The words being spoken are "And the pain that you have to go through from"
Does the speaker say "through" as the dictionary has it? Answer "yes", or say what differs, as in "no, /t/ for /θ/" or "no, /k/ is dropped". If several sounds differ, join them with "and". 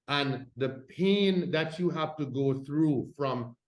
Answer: yes